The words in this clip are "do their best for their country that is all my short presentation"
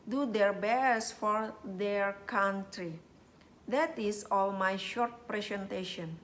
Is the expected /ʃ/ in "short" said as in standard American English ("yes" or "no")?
yes